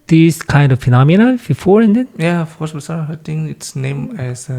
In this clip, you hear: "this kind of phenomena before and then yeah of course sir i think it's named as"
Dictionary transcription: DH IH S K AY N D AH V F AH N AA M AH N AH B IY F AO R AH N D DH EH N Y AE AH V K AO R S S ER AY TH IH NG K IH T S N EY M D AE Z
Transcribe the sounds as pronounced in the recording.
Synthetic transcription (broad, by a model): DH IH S K AY N D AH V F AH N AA M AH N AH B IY F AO R AH N D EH N Y AE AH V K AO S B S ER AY T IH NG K IH T S N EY M AE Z